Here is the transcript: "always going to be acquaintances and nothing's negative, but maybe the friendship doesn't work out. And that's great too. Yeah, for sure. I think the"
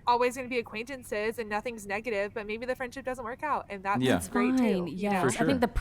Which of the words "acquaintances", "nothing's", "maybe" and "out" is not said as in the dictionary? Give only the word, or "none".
none